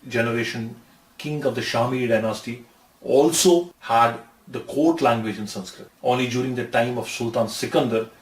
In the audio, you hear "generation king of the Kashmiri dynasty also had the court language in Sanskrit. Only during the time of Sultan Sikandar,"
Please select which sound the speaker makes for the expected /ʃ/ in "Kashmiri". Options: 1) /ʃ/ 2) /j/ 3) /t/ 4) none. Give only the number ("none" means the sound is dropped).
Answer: 4